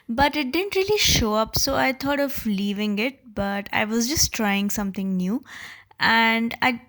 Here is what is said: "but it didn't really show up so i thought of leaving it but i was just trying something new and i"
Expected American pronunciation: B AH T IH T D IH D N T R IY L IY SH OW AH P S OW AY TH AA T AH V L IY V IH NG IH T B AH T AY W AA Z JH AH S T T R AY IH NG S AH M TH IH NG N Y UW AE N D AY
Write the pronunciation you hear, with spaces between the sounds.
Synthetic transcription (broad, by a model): B AH T IH T D IH D N T R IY L IY SH OW AH P S OW AY T AA T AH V L IY V IH NG IH T B AH T AY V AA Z JH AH S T T R AY IH NG S AH M T IH NG N Y UW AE N D AY